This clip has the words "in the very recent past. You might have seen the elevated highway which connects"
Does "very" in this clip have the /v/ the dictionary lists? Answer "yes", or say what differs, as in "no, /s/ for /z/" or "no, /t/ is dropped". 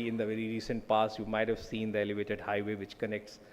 yes